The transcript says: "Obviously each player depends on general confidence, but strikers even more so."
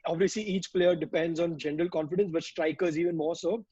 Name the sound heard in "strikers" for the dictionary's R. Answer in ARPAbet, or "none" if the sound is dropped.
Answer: R